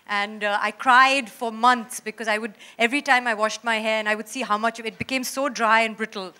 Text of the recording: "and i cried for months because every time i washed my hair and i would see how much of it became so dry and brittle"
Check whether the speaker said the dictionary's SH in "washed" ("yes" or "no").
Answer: yes